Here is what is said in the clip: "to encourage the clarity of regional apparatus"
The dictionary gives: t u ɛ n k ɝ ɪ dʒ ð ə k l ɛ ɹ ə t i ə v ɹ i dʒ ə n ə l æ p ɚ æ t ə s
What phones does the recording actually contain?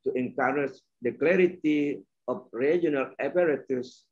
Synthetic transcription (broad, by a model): t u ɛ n k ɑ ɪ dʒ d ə k l ɛ ɹ ə t i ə f ɹ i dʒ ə n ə l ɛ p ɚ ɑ t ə s